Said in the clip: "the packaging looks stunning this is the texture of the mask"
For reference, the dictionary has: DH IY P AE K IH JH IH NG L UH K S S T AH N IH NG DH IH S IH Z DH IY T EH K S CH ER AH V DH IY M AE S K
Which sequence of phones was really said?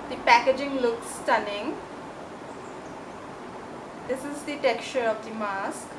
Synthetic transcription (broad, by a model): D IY P AE K IH JH IH NG L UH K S S T AH N IH NG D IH S IH Z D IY T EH K CH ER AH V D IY M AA S K